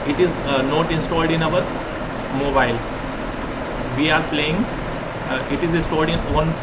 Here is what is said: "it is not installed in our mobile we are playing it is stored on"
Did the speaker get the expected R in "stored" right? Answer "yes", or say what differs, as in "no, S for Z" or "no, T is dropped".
no, L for R